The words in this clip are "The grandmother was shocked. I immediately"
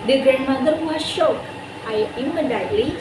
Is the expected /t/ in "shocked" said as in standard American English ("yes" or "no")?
no